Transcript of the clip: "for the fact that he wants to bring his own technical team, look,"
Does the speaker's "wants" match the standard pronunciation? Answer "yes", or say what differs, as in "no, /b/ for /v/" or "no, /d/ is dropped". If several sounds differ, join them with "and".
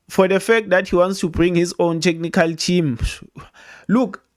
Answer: yes